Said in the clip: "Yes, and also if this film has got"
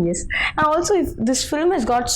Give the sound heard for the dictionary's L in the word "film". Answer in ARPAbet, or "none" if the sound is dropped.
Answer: L